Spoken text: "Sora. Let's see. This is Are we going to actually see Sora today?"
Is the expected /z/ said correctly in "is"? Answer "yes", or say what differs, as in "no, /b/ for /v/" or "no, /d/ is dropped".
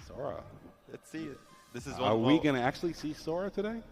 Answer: yes